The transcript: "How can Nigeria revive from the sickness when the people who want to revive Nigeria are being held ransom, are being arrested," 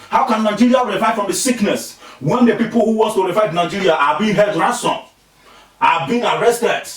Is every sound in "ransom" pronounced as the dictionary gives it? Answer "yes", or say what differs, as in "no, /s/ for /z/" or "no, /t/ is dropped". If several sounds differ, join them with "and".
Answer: no, /n/ is dropped